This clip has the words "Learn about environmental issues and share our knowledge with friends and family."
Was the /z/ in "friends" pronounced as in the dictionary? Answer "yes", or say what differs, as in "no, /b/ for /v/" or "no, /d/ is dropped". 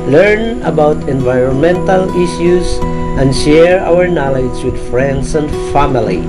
no, /s/ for /z/